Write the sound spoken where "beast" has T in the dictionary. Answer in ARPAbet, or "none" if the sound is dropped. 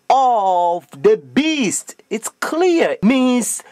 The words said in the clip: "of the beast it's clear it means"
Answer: T